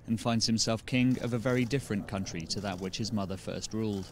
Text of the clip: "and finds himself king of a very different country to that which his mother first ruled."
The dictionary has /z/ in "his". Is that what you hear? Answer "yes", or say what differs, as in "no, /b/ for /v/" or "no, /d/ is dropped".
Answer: yes